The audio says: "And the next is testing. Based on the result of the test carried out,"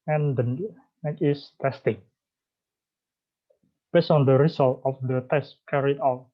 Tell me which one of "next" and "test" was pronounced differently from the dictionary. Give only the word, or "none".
next